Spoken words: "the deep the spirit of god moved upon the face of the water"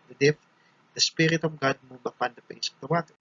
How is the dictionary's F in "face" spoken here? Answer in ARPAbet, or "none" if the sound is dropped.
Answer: P